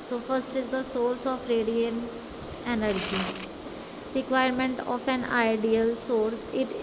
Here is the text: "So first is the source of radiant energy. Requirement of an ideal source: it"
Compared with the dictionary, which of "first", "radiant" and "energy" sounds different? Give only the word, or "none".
radiant